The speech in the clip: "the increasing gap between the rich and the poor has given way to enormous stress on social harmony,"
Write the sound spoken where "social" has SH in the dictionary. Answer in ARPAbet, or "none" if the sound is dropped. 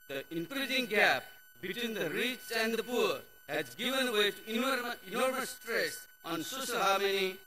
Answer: S